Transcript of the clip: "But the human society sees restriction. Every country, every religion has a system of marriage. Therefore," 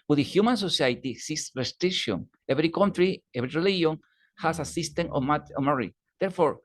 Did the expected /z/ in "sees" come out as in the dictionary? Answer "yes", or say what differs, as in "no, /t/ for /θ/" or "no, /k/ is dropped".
no, /s/ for /z/